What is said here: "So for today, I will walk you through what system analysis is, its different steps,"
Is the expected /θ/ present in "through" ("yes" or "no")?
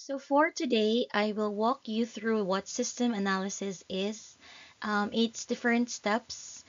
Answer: yes